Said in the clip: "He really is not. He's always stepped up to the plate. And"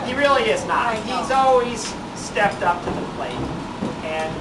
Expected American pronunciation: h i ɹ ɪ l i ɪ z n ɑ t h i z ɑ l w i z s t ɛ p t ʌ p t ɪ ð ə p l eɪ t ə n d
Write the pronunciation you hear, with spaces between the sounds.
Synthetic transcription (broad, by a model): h i ɹ ɪ l i ɪ z n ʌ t h i z ɑ l w i z s t ɛ p t ʌ p t ɪ ð ə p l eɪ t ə n